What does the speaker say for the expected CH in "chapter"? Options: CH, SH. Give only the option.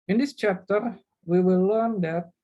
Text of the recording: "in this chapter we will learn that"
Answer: CH